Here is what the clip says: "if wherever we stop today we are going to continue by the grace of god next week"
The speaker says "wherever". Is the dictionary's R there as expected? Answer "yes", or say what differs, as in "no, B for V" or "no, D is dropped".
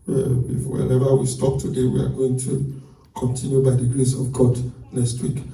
no, L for R